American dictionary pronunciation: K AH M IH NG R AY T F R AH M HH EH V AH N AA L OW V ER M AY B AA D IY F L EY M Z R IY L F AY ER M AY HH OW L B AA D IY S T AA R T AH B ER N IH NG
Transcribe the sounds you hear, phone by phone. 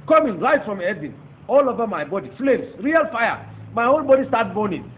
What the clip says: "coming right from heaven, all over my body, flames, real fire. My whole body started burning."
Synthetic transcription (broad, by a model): K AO M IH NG L AY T F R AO M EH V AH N AA L OW V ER M AY B AA D IY F L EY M S R IY L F AY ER M AY HH OW L B AA D IY S T AA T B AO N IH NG